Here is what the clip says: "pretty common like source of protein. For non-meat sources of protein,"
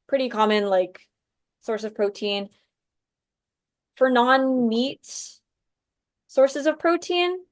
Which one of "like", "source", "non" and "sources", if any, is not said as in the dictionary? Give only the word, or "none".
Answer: none